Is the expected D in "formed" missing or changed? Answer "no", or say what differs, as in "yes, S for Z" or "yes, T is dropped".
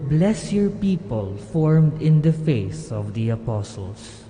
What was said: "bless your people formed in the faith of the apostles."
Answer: no